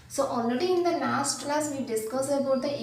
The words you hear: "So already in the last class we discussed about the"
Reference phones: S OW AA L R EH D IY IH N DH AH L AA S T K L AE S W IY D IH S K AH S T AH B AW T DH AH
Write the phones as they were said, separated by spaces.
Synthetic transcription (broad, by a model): S OW AA L R EH D IY IH N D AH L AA S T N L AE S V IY D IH S K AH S AH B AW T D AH